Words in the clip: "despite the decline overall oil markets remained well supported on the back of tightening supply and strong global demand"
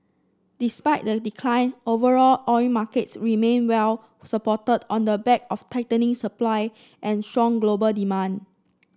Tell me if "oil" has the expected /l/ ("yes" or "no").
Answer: no